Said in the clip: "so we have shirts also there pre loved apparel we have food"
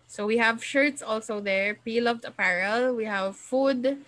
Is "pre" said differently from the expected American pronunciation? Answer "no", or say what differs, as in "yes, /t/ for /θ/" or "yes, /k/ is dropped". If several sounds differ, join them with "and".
yes, /ɹ/ is dropped